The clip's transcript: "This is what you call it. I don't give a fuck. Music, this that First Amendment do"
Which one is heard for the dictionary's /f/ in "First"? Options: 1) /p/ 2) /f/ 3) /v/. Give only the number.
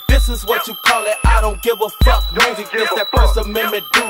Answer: 1